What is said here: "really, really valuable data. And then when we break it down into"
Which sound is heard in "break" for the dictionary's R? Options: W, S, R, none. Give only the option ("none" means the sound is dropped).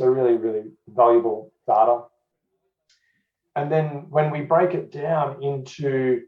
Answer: R